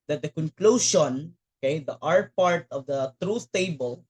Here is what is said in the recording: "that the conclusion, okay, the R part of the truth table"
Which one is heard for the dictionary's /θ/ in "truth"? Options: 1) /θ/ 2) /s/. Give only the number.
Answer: 2